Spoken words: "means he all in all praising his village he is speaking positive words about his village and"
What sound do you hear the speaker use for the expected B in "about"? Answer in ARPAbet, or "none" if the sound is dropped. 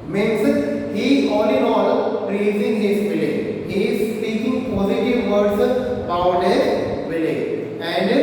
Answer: none